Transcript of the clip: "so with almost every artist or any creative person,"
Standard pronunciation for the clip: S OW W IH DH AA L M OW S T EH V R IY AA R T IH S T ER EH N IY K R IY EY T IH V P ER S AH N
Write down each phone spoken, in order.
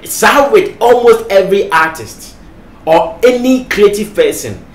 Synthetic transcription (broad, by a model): S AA W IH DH AA L M OW S T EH V R IY AA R T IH S T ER EH N IY K R IY EY T IH V P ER S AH N